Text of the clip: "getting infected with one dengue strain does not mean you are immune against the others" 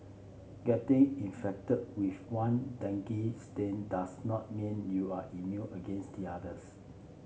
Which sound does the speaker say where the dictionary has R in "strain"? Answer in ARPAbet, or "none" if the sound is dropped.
none